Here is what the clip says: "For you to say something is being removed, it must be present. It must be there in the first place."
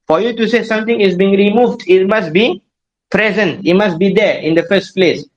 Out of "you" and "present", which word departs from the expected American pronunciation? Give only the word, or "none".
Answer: none